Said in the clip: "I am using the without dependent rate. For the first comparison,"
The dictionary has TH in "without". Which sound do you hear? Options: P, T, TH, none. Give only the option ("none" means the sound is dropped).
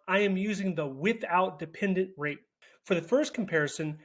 TH